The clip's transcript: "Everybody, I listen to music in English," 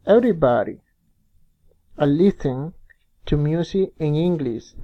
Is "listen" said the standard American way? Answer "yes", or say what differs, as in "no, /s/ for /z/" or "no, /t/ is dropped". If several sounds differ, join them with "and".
no, /θ/ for /s/